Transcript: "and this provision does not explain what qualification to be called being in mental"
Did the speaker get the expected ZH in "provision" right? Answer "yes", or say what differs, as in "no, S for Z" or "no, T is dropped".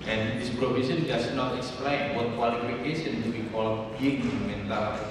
no, S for ZH